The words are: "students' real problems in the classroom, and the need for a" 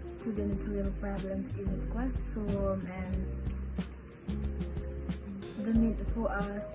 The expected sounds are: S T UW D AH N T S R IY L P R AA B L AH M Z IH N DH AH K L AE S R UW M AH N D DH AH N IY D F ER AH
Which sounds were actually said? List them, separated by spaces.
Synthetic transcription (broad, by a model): S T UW D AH N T S W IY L P R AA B L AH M S IH N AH K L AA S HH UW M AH N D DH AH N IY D F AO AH